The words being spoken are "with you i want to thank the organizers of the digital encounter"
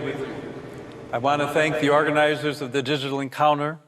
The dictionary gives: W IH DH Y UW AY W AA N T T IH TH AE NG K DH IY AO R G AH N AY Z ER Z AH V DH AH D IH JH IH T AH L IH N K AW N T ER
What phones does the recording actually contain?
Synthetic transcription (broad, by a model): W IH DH Y UW AY W AA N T T IH TH AE NG K DH IY AO R G AH N AY Z ER Z AH V DH AH D IH JH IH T L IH N K AW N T ER